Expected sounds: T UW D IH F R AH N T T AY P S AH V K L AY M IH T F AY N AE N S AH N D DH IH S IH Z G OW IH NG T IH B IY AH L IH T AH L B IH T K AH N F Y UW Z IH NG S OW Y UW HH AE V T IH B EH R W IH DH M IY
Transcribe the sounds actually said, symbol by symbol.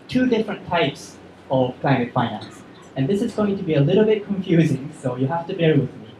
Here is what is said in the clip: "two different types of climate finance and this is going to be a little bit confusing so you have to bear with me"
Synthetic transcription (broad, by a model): T UW D IH F R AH N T T AY P S AH V K L AY M IH T F AY N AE N S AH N DH IH S IH Z G OW IH NG T IH B IY AH L IH T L B IH T K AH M F Y UW Z IH NG S OW Y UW HH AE F T IH B EH R W IH DH M IY